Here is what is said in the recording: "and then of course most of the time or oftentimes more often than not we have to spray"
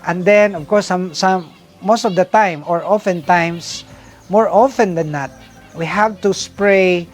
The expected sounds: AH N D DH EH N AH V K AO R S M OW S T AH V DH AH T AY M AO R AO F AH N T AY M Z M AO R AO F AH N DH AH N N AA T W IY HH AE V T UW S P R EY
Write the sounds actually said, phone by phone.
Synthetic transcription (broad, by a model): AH N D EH N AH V K AO R S M OW S T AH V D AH T AY M AO R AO F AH N T AY M S M AO R AO F AH N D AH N N AA T W IY HH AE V T UW S P R EY